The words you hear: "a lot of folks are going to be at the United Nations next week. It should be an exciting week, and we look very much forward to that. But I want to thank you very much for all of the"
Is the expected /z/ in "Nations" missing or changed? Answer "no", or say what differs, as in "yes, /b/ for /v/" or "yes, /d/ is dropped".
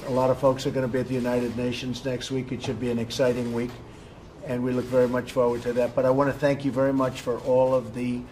no